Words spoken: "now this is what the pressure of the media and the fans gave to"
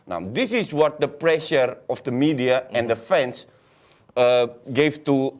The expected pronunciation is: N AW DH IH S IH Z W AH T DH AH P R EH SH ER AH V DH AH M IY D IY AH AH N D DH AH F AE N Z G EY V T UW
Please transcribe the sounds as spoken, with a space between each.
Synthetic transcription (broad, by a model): N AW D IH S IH S W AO T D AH P R EH SH ER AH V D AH M IY D IY AH AH N D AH F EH N S G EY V T UW